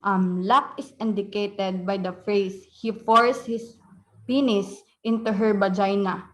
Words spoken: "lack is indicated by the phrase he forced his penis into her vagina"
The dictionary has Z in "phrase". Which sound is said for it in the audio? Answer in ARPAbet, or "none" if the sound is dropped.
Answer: S